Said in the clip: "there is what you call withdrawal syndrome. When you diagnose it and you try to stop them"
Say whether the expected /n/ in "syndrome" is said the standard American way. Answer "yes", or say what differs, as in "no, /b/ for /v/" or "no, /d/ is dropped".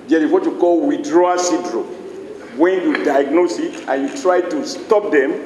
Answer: no, /n/ is dropped